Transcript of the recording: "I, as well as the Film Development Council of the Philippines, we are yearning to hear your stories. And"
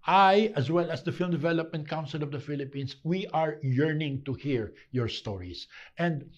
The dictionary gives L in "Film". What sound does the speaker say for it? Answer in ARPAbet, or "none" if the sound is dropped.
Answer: L